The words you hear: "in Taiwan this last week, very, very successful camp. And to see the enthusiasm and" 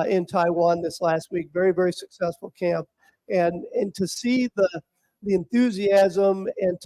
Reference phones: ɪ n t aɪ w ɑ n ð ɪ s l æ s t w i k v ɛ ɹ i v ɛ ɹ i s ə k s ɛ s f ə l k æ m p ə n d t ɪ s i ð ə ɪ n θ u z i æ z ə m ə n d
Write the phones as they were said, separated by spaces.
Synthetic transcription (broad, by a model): ɪ n t aɪ w ɑ n ð ɪ s l æ s t w i k v ɛ ɹ i v ɛ ɹ i s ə k s ɛ s f l k æ m p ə n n t ɪ s i ð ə ɪ n θ u z i æ z ə m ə n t